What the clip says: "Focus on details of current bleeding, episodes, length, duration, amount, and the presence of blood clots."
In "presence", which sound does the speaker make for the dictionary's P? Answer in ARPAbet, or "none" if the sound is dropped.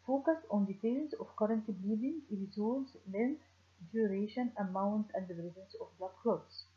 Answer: B